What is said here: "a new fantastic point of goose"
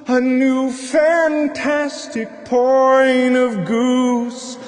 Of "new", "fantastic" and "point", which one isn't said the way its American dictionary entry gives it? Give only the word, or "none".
point